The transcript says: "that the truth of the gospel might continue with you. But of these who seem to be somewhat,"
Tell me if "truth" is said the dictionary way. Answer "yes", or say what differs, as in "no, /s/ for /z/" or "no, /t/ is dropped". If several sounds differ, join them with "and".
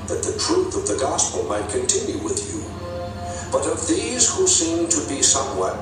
yes